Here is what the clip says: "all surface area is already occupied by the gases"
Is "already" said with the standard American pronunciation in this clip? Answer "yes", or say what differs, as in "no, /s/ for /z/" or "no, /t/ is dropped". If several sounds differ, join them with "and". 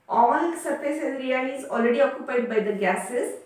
yes